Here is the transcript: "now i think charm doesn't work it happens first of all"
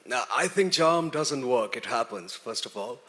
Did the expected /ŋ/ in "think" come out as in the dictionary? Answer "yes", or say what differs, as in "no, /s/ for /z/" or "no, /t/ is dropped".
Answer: yes